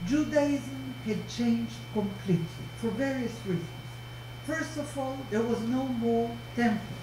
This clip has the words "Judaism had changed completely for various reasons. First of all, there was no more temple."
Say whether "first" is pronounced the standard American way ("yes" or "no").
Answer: yes